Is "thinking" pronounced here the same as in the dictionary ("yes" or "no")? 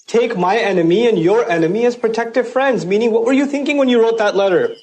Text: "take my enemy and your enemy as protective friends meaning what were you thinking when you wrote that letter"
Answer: yes